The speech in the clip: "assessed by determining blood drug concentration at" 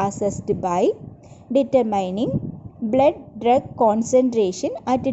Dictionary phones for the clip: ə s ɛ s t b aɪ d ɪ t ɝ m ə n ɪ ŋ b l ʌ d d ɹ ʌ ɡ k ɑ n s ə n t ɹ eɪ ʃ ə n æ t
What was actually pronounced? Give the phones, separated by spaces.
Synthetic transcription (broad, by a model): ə s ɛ s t b aɪ d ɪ t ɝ m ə n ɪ ŋ b l ʌ d d ɹ ʌ ɡ k ɑ n s ə n t ɹ eɪ ʃ ə n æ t